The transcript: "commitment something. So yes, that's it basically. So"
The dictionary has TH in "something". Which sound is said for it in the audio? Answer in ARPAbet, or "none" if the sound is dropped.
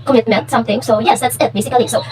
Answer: T